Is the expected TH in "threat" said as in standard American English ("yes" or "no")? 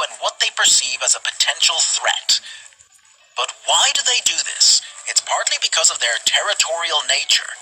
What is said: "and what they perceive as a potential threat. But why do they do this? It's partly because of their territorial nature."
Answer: yes